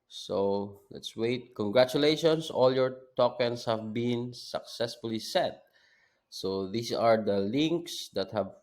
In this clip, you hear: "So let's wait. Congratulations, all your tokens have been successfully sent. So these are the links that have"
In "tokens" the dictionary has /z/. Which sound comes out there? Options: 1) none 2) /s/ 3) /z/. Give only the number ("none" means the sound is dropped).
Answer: 2